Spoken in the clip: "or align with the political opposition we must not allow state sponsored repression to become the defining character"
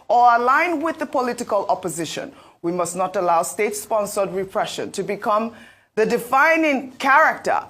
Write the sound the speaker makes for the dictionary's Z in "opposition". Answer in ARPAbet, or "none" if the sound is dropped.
Z